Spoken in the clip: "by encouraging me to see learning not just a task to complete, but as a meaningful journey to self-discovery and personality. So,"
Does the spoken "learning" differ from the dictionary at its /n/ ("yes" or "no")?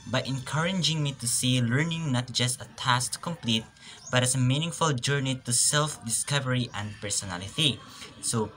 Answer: no